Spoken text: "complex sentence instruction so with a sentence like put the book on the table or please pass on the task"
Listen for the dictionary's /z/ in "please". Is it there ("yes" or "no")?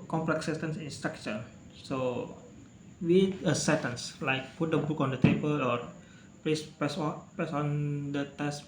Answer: no